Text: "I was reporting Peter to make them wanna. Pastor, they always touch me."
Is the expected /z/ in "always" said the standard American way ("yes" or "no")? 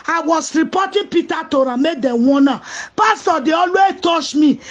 no